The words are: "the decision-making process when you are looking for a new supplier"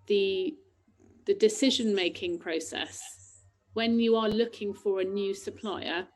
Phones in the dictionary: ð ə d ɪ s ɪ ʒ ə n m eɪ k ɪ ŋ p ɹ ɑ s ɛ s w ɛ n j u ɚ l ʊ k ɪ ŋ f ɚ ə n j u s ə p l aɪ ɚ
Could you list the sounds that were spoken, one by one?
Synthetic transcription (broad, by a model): ð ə d ɪ s ɪ ʒ ə n m eɪ k ɪ ŋ p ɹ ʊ s ɛ s w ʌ n j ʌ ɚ l ʊ k ɪ ŋ f ɚ ə n j u s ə p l aɪ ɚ